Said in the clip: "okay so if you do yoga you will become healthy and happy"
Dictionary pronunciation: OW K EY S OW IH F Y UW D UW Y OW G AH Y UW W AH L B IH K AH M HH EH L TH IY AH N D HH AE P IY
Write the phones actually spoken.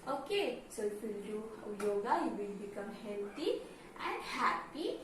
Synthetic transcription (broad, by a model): OW K EY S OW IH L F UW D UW Y OW G AH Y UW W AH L B IH K AH M HH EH L T IY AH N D HH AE P IY